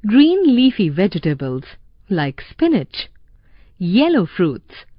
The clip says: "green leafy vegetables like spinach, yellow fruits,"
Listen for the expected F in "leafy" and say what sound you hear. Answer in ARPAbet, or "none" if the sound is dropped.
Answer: F